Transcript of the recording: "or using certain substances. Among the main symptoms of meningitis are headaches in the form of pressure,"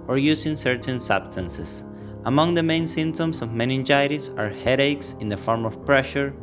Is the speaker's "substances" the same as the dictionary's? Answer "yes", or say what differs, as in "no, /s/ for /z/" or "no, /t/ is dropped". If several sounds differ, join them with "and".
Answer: no, /s/ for /z/